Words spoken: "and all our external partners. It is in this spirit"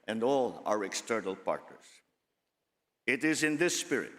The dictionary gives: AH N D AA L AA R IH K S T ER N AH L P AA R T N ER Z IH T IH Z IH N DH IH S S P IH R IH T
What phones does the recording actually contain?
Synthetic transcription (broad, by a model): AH N D AA L AA R IH K S T ER N AH L P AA R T N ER S IH T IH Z IH N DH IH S S P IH R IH T